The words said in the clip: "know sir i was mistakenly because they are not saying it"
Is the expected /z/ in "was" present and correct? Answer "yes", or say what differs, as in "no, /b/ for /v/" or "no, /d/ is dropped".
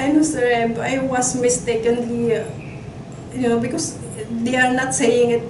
no, /s/ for /z/